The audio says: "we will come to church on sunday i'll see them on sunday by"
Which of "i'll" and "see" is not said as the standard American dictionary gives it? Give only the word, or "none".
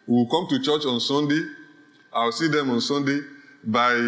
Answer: i'll